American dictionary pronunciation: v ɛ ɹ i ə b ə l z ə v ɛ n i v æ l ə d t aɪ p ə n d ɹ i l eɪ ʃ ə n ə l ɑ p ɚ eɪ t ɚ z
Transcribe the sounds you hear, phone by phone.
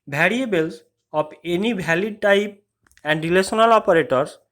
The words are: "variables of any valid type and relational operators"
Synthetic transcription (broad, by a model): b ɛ ɹ i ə b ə l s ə p ɛ n i b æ l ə d t aɪ p ə n d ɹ i l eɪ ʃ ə n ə l ɑ p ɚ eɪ t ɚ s